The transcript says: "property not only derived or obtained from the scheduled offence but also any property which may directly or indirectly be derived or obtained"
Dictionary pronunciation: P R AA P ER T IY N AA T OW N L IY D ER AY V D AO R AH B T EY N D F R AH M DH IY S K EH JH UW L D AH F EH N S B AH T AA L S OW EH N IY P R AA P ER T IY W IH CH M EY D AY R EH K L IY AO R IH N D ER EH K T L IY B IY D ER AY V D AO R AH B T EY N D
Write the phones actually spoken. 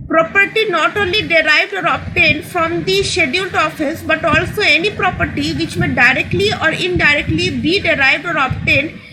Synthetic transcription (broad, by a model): P R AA P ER T IY N AA T OW N L IY D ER AY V D AO R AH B T EY N D F R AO M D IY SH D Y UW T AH F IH S B AH T AA L S OW EH N IY P R AA P ER T IY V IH CH M EY D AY R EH K L IY AO R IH N D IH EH K T L IY B IY D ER AY V D AO R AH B T EY N D